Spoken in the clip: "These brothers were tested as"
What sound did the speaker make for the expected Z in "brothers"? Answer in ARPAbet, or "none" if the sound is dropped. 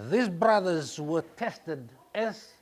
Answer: Z